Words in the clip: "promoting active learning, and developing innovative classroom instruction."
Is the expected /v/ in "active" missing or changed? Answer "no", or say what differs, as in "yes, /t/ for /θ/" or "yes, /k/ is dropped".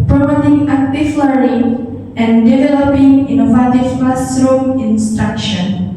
yes, /f/ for /v/